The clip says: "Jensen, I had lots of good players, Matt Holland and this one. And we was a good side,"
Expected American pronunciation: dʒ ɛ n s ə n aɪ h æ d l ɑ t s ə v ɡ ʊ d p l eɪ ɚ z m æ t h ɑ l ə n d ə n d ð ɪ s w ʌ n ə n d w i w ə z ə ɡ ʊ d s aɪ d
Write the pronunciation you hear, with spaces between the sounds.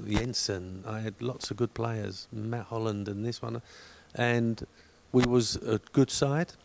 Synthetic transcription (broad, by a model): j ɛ n s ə n aɪ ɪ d l ɑ t s ə v ɡ ʊ d p l eɪ ɚ z m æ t h ɑ l ə n d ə n ð ɪ s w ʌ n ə n w i w ə z ə ɡ ʊ d s aɪ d